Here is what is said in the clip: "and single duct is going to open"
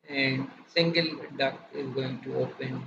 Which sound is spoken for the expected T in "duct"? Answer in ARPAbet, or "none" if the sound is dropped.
none